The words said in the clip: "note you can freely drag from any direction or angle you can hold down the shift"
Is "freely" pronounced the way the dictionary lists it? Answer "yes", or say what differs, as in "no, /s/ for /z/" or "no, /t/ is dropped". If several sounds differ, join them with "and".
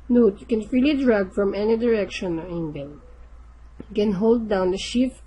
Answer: yes